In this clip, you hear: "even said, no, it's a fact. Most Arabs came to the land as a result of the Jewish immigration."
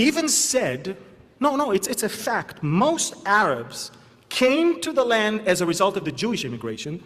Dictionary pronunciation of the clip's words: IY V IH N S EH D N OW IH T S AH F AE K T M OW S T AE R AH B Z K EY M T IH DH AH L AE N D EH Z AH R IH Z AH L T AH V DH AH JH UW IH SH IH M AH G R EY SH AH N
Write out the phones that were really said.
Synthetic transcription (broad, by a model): IY V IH N S EH D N OW IH T S AH F AE K T M OW S T AE R AH B Z K EY M T IH DH AH L AE N D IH Z AH R IH Z AH L T AH V DH AH JH UW IH SH IH M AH G R EY SH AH N